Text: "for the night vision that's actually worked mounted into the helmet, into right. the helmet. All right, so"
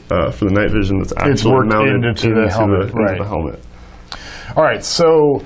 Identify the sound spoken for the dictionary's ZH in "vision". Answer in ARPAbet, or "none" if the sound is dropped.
ZH